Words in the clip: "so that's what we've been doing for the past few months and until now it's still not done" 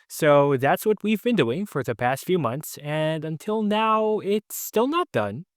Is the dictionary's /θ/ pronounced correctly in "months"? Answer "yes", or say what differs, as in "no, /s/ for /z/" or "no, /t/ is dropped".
yes